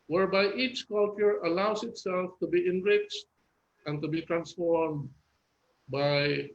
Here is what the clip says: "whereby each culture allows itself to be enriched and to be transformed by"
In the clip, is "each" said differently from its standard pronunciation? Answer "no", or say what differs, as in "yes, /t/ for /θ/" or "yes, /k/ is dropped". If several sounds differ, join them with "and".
no